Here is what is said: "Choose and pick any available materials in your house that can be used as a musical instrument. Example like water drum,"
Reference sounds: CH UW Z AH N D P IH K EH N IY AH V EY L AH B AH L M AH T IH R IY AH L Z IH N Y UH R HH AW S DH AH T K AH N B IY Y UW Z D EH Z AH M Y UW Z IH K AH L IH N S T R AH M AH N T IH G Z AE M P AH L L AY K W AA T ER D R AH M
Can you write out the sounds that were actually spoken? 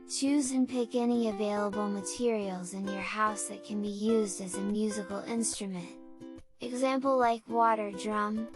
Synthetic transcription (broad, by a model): CH UW Z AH N P IH K EH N IY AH V EY L AH B L M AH T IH R IY L Z IH N Y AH R HH AW S DH AH T K AH N B IY Y UW Z D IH Z AH M Y UW Z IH K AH L IH N S T R AH M AH N T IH G Z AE M P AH L L AY K W AA T ER D R AH M